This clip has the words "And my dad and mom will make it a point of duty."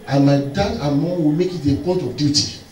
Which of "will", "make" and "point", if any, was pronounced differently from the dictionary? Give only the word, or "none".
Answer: point